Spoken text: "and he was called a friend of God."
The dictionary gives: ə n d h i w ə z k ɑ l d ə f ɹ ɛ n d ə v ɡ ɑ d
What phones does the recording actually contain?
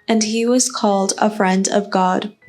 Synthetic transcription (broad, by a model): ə n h i w ə z k ɑ l d ə f ɹ ɛ n d ə v ɡ ɑ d